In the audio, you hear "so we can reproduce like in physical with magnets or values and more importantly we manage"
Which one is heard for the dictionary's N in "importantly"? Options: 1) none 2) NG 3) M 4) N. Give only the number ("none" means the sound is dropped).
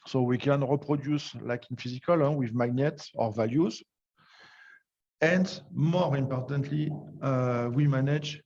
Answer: 4